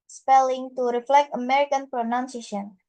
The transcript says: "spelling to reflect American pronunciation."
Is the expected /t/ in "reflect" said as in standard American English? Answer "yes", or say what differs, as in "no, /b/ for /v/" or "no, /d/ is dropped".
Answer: yes